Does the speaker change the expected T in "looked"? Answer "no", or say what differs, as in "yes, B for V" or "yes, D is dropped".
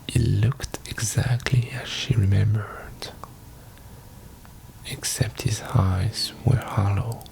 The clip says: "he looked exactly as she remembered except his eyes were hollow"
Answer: no